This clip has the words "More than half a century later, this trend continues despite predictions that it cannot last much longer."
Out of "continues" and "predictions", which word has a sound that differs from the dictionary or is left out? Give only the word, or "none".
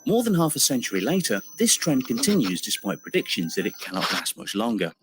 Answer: none